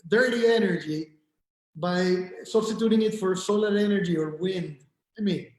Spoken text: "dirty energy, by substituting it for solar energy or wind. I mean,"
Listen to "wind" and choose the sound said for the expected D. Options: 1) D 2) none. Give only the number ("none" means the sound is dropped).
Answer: 1